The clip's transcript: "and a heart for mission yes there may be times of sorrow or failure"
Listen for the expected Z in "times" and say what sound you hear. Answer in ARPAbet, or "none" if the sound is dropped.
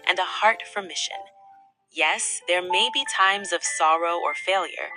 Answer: Z